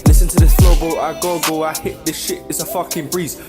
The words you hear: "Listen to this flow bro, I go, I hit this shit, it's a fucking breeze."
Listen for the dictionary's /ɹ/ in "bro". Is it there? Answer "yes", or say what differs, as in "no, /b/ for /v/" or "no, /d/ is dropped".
no, /l/ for /ɹ/